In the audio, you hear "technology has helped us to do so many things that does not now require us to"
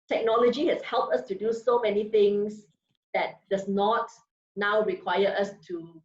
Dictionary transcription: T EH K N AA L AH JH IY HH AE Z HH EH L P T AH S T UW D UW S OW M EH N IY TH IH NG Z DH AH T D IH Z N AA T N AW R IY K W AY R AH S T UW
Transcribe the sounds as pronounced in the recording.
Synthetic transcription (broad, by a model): T EH K N AA L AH JH IY HH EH S HH EH L P T AH S T UW D UW S OW M EH N IY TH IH NG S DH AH T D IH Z N AA T N AW R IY K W AY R AH S T UW